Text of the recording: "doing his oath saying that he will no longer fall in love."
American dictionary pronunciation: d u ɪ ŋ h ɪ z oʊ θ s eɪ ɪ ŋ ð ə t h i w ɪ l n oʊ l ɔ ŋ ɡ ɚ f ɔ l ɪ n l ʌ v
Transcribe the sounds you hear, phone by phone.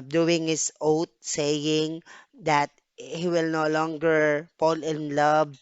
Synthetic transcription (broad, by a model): d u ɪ ŋ h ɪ s oʊ t s eɪ ɪ ŋ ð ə t h i w ɪ l n oʊ l ɔ ŋ ɡ ɚ p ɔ l ɪ n l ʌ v